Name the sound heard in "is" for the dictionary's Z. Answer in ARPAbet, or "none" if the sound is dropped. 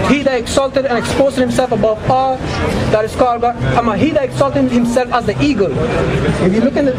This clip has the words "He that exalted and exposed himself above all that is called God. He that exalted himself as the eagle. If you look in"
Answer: S